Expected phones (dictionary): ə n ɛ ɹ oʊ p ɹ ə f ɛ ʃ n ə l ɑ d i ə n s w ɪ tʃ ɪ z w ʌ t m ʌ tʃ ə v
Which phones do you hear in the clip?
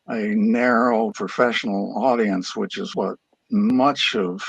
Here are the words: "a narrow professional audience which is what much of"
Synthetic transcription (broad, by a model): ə n ɛ ɹ oʊ p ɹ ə f ɛ ʃ n l ɑ d i ə n s w ɪ tʃ ɪ z w ʌ t m ʌ tʃ ə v